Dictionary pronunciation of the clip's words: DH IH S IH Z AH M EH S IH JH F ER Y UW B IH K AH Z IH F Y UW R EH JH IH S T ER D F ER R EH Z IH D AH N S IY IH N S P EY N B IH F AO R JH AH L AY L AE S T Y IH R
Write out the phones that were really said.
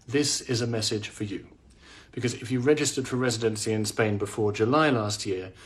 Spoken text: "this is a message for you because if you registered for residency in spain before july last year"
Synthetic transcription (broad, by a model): DH IH S IH Z AH M EH S IH JH F ER Y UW B IH K AH Z IH F Y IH R EH JH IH S T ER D F ER R EH Z IH D AH N S IY IH N S P EY N B IH F AO R JH AH L AY L AE S T Y IH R